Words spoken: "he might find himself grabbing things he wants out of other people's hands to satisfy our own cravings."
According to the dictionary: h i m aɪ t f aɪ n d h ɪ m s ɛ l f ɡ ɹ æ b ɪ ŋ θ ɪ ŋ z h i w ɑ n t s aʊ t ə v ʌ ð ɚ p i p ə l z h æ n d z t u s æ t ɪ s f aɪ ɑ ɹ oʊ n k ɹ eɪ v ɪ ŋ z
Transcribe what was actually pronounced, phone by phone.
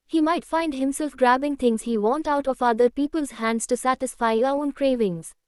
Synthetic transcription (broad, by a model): h i m aɪ t f aɪ n d h ɪ m s ɛ l f ɡ ɹ æ b ɪ ŋ t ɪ ŋ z h i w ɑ n t aʊ t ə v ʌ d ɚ p i p ə l z h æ n d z t u s æ t ɪ s f aɪ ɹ oʊ n k ɹ eɪ v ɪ ŋ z